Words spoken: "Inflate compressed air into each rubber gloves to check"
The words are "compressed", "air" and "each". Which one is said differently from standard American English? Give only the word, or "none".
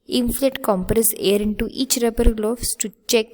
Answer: compressed